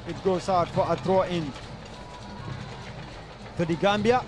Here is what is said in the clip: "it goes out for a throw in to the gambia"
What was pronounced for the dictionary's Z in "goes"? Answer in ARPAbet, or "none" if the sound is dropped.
S